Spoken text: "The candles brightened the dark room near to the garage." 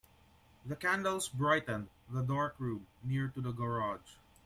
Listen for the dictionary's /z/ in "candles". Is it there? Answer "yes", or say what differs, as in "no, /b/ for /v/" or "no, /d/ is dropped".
no, /s/ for /z/